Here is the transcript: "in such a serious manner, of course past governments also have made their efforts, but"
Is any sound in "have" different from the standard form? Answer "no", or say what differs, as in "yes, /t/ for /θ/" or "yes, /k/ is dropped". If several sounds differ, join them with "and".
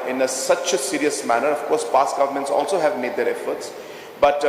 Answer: no